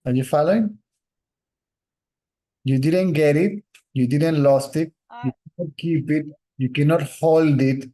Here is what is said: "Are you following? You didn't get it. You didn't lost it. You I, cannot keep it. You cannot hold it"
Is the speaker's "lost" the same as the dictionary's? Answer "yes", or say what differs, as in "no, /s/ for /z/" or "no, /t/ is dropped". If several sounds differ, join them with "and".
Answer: yes